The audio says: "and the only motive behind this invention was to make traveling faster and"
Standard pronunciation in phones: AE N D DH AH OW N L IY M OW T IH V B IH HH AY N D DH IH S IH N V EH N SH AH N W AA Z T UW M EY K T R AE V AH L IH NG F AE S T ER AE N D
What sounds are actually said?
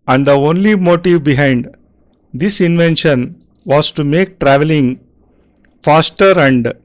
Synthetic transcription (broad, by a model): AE N D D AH OW N L IY M OW T IH V B IH HH AY N D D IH S IH N V EH N SH AH N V AA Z T UW M EY K T R AE V AH L IH NG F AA S T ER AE N D